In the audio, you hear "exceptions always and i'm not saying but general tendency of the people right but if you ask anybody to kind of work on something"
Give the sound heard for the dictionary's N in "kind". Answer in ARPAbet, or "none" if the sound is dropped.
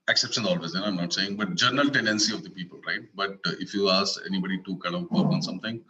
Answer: none